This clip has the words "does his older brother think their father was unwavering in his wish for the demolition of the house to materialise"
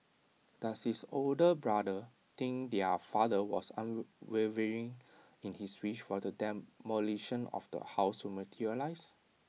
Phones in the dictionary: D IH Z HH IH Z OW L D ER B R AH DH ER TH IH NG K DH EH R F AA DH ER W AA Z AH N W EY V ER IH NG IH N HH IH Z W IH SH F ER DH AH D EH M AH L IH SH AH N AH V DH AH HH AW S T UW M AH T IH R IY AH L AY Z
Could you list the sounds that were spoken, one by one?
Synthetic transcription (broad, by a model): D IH S HH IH S OW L D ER B R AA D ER T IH NG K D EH F AA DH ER W AA S AH N W EY V ER IH NG IH N HH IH S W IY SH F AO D AH D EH M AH L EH SH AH N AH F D AH HH AW S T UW M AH T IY R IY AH L AY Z